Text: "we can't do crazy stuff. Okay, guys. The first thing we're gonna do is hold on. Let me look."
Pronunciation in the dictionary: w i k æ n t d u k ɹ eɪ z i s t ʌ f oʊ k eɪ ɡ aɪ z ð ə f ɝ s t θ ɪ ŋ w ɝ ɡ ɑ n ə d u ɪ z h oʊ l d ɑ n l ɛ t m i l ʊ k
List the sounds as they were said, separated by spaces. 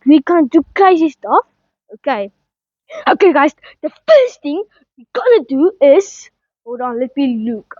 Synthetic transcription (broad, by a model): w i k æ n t d u k ɹ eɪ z i s t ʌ f oʊ k eɪ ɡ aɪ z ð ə f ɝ s t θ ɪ ŋ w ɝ ɡ ɑ n ə d u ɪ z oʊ d ɑ n l ɛ t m i l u k